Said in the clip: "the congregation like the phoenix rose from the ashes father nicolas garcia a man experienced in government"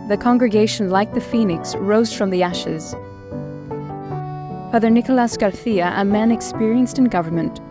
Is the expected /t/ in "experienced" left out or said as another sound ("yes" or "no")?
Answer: no